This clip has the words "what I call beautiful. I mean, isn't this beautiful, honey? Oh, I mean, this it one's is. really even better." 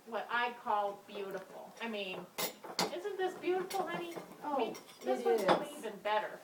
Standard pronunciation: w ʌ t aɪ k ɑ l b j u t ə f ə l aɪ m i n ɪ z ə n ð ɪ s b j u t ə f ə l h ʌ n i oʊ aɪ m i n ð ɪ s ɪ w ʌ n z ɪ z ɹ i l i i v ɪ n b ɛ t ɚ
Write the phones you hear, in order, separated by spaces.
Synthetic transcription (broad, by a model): w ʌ t aɪ k ɑ l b j u t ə f l aɪ m i n ɪ z ə n ð ɪ s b j u t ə f l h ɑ i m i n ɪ ɪ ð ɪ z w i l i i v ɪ n b ɛ t ɚ